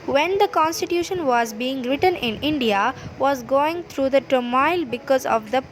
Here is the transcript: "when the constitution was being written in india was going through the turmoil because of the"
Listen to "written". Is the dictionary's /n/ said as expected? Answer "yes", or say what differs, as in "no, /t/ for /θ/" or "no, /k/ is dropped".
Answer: yes